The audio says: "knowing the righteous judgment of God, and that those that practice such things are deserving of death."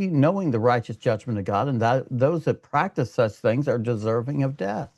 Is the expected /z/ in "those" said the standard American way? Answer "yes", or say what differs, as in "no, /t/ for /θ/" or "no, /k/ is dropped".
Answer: yes